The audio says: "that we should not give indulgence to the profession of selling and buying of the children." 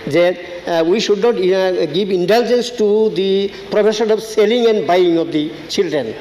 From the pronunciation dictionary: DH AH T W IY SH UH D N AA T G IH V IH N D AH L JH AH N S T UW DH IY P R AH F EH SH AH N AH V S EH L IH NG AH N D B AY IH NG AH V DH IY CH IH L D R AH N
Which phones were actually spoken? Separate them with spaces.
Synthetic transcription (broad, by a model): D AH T W IY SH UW D N AA T G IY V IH N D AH L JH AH N S T UW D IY P R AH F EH S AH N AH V S EH L IH NG AH N D B AY IH NG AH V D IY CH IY L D R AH N